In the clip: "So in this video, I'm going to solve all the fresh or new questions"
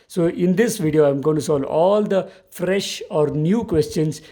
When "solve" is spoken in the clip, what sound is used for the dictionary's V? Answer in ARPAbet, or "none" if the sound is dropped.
none